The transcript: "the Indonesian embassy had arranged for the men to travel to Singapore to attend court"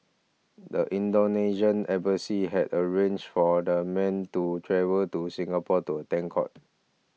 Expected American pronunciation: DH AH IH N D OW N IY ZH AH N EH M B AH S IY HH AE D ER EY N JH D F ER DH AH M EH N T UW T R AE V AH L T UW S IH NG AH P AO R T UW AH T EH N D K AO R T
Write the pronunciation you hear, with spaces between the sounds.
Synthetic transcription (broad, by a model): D AH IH N D OW N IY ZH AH N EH B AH S IY HH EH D ER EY N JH F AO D AH M EH N T UW T R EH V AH L T UW S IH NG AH P AO T UW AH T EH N K AO T